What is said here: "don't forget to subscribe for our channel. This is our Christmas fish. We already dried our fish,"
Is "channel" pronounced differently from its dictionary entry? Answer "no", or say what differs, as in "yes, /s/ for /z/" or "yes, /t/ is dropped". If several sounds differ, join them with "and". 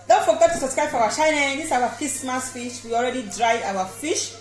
yes, /ʃ/ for /tʃ/